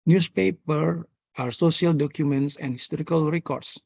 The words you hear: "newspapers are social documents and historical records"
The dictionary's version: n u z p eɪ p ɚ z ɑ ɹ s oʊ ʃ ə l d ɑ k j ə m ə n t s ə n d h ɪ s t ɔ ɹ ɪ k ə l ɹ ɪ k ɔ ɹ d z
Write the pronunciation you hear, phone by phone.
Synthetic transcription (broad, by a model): n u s p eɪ p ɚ ɑ ɹ s oʊ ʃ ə l d ɑ k j ə m ə n t s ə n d h ɪ s t ɔ ɹ ɪ k ə l ɹ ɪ k ɔ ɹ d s